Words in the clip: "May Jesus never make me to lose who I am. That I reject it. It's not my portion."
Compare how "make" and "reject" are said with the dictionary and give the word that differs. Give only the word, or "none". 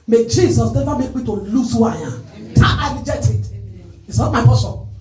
reject